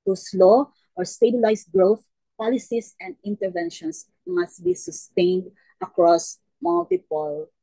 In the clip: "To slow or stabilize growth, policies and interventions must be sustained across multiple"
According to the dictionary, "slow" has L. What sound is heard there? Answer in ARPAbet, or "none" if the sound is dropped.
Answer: L